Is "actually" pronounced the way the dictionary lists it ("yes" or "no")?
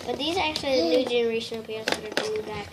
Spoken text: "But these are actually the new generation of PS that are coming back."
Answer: yes